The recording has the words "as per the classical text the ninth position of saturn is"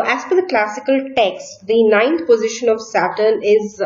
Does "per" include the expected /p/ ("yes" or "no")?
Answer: no